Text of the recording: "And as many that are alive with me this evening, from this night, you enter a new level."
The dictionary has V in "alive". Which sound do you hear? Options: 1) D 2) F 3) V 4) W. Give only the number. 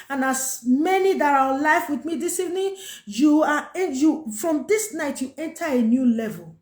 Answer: 2